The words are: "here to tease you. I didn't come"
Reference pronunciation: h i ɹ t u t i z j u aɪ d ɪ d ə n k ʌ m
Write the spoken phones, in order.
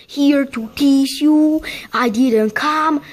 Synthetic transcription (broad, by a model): h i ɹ t u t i s j u aɪ d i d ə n k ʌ m